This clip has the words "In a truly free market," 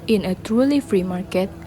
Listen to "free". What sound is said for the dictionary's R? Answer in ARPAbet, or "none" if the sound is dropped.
R